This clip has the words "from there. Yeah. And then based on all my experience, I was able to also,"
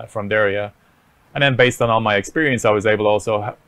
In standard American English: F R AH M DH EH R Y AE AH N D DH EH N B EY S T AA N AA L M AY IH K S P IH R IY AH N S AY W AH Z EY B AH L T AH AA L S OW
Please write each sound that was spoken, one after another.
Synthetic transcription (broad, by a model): F R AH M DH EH R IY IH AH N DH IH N B EY S T N AA L M AY IH K S P IH R IY AH N S AY W AH Z EY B L T AH AA L S OW